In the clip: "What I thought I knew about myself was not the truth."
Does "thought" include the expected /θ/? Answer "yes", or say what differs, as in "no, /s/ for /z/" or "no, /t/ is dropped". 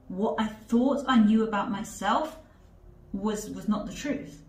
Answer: yes